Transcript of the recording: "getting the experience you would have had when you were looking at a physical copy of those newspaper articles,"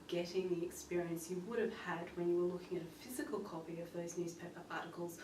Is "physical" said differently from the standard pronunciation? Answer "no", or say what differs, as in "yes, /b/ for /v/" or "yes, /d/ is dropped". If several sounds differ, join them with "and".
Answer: no